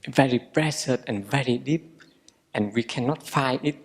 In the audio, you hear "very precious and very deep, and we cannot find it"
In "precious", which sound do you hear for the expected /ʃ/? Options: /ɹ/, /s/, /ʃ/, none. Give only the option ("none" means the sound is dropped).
/s/